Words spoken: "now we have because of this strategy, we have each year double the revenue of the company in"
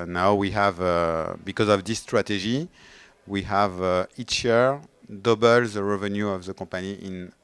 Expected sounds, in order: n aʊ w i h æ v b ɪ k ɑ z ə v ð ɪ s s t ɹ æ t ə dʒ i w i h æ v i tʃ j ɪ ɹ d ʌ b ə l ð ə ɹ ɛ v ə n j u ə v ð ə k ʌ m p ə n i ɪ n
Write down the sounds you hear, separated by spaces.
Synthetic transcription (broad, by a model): n aʊ w i h æ v b ɪ k ɑ z ə v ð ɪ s s t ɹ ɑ t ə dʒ i w i h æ v i tʃ j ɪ ɹ d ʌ b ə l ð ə ɹ ɛ v ə n j u ə v ð ə k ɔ p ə n i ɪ n